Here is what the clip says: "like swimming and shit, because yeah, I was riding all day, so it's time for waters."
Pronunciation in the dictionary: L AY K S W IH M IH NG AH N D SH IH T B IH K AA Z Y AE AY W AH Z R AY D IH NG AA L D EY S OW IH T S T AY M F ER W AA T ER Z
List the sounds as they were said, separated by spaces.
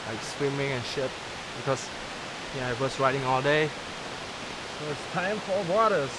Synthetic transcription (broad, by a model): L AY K S W IH M IH NG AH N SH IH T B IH K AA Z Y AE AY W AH S R AY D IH NG AA L D EY S OW IH T S T AY M F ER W AA T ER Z